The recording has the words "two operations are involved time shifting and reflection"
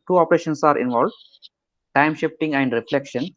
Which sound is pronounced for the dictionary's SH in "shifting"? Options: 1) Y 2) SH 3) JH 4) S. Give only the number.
2